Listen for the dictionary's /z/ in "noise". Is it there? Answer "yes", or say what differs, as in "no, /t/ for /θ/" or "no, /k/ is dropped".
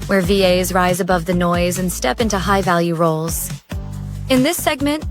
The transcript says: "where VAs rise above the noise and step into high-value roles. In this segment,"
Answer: yes